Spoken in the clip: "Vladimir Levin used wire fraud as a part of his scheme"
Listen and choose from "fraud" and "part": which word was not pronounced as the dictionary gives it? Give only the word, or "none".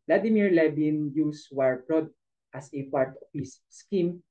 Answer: fraud